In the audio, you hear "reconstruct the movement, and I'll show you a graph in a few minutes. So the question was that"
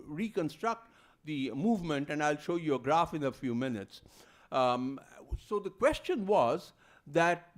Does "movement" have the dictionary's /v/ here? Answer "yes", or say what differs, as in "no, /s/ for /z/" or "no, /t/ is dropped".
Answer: yes